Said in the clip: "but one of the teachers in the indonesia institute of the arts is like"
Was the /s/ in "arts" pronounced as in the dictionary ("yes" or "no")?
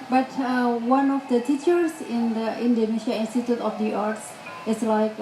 yes